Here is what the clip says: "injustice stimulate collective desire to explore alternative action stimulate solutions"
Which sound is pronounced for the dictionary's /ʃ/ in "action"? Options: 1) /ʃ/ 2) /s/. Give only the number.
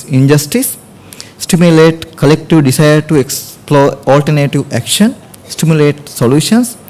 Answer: 1